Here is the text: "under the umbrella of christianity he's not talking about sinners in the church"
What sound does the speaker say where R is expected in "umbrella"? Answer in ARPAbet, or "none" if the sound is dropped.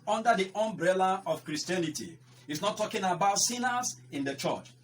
R